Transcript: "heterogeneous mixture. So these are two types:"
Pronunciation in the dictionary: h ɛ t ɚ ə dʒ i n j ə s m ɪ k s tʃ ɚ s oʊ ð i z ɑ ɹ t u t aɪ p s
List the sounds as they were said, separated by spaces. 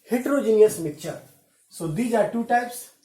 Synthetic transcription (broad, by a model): h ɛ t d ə dʒ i n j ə s m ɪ k tʃ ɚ s oʊ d i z ɑ ɹ t u t aɪ p s